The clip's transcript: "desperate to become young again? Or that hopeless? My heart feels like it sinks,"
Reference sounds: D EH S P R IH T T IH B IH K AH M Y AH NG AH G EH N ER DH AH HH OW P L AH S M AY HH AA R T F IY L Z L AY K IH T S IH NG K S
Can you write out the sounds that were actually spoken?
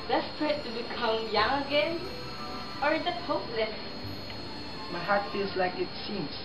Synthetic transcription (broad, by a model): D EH S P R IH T T IH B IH K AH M Y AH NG AH G EH N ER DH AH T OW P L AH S M AY HH AA R T F IY L Z L AY K IH T S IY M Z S